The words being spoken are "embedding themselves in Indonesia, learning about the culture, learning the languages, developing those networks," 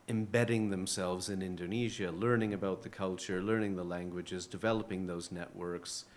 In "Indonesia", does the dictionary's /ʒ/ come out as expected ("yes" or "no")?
yes